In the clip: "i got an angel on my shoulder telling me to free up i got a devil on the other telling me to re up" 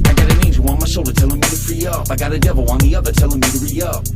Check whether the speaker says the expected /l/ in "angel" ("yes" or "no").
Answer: no